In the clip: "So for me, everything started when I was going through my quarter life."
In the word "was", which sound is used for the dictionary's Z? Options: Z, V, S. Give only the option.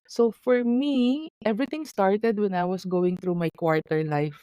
S